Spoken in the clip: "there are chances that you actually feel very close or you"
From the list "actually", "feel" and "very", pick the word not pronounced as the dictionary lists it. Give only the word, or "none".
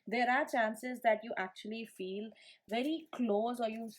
none